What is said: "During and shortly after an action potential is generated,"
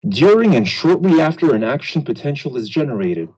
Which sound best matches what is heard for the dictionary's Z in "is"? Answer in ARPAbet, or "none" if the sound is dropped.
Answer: Z